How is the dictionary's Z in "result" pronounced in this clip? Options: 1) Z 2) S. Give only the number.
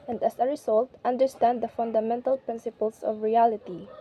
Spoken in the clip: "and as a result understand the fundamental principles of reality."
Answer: 2